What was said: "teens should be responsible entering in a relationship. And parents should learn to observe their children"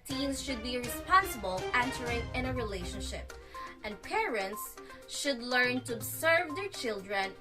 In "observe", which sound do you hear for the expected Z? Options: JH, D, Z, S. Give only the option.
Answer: S